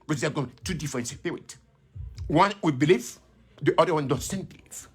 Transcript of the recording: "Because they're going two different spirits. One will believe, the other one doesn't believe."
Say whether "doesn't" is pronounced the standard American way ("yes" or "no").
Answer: no